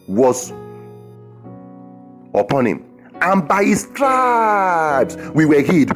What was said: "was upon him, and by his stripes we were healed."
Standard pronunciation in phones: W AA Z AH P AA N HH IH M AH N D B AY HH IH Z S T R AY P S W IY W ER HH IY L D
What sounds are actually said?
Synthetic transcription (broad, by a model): W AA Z AH P AA N HH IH M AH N B AY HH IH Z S T R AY B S W IY W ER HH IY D